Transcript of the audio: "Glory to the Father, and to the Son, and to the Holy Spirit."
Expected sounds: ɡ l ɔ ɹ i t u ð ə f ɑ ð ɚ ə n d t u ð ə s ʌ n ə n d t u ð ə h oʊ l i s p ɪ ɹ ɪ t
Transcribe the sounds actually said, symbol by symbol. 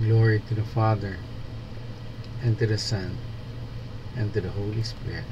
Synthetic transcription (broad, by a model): ɡ l ɔ ɹ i t u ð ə f ɑ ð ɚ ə n t u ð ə s ʌ n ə n t u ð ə h oʊ l i s p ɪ ɹ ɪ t